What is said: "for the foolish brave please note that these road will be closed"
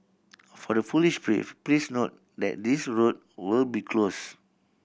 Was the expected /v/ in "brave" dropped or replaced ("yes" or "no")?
yes